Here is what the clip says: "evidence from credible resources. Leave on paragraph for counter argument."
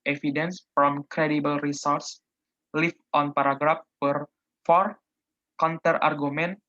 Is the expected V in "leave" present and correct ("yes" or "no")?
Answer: no